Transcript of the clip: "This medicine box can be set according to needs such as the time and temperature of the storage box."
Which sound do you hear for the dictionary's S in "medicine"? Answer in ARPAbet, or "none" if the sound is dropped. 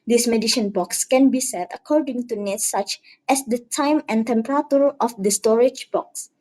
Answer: SH